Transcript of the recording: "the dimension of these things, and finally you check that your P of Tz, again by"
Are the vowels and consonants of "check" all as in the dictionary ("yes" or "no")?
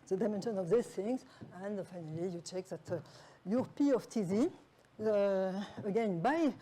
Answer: yes